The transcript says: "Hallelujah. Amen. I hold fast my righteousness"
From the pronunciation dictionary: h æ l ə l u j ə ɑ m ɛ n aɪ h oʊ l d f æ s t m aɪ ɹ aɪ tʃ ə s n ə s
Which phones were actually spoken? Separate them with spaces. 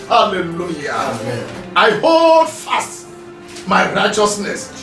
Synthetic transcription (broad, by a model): h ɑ l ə l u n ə ɑ ɪ h oʊ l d f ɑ s t m aɪ ɹ aɪ tʃ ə s n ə s